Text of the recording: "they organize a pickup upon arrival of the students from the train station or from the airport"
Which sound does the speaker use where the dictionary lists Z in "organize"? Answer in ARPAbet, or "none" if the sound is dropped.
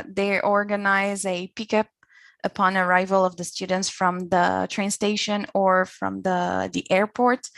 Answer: Z